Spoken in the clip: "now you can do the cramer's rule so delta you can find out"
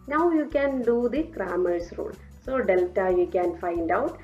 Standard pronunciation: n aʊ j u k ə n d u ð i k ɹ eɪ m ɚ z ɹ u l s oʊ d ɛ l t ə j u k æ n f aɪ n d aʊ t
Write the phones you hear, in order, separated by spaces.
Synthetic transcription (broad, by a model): n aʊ j u k ə n d u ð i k ɹ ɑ m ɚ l ɹ u l s oʊ d ɛ l t ə j u k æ n f aɪ n d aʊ t